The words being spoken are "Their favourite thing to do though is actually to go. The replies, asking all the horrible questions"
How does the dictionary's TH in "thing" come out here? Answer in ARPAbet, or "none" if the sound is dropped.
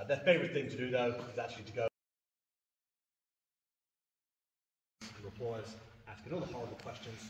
TH